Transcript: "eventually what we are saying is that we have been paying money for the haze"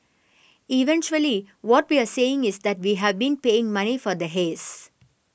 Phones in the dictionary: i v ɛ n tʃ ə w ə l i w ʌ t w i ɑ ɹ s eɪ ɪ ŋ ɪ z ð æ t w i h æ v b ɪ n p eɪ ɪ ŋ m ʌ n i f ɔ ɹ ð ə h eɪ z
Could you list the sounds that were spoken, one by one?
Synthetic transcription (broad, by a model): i v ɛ n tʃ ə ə l i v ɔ t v i ɑ ɹ s eɪ ɪ ŋ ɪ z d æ t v i h æ v b ɪ n p eɪ ɪ ŋ m ʌ n i f ɔ ɹ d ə h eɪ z